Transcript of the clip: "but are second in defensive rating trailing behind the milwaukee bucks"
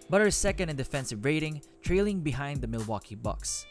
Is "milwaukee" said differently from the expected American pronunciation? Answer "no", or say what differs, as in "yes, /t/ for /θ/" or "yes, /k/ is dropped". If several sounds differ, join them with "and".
no